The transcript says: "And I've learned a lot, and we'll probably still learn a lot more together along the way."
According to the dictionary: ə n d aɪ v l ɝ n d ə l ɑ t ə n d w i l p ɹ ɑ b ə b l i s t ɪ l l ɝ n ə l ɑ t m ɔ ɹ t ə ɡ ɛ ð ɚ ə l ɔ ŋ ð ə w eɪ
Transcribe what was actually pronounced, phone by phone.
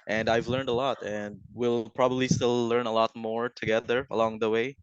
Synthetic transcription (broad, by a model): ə n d aɪ v l ɝ n d ə l ɑ t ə n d w i l p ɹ ɑ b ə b l i s t ɪ l l ɝ n ə l ɑ t m ɔ ɹ t ə ɡ ɛ ð ɚ ə l ɔ ŋ ð ə w eɪ